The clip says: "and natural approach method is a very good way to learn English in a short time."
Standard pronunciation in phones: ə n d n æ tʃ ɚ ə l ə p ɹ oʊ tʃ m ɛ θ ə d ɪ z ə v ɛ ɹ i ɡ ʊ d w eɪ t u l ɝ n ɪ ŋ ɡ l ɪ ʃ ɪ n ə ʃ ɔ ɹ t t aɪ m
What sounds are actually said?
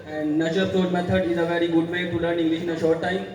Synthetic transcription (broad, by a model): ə n d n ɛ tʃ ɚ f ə ɹ m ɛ t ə d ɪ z ə v ɛ ɹ i ɡ ʊ d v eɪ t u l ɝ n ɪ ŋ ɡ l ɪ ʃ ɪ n ə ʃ ɔ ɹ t t aɪ m